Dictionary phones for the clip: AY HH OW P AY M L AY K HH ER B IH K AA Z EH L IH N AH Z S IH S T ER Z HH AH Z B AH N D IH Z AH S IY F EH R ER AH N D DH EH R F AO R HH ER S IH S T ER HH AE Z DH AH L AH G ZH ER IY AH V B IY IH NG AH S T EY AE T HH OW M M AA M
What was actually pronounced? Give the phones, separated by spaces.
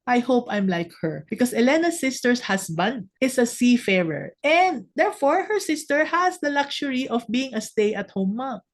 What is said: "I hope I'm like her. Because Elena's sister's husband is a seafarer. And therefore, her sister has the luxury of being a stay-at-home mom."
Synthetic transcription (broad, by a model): AY HH OW P AY M L AY K HH ER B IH K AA S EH L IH N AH S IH S T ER S HH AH S B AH N D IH S AH S IY F EH R ER AH N D EH R F AO R HH ER S IH S T ER HH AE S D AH L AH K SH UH IY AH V B IY IH NG AH S T EY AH T HH OW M M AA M